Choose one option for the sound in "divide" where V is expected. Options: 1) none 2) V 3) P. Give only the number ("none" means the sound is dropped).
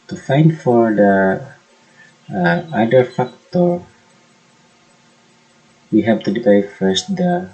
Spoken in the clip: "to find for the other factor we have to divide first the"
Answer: 3